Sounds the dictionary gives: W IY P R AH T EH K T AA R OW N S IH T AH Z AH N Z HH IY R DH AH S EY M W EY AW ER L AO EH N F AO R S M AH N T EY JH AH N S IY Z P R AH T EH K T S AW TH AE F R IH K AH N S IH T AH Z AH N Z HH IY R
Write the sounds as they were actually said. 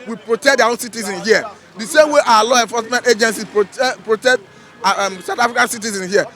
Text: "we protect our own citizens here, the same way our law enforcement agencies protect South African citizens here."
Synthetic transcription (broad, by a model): W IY P R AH T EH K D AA OW N S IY T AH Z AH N HH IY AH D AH S EY M W EY AW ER L AO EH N F AO S M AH N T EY JH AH N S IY P R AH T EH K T S AW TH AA F R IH K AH N S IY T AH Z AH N HH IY